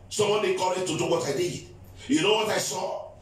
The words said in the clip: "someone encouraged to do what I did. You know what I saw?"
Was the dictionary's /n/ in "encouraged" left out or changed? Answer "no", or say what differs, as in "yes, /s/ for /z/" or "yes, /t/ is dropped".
yes, /n/ is dropped